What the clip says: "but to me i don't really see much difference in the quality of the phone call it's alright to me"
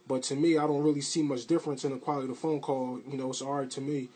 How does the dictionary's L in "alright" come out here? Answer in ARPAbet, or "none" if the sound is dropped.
none